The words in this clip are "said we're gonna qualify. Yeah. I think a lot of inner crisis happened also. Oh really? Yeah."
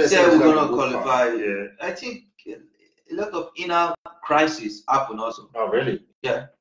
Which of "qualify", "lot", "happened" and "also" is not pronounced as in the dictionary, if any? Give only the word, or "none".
happened